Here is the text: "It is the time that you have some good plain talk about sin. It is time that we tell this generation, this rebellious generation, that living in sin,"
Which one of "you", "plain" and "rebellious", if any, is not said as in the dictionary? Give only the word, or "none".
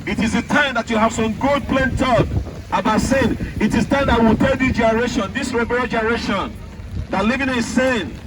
rebellious